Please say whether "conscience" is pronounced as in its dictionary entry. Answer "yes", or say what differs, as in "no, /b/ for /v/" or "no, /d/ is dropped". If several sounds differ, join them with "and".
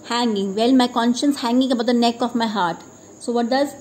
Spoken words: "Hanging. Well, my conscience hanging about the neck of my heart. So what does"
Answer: yes